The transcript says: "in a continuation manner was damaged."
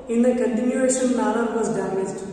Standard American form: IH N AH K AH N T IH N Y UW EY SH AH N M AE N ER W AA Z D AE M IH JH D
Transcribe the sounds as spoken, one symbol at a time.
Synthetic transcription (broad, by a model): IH N AH K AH N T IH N Y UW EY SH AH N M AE L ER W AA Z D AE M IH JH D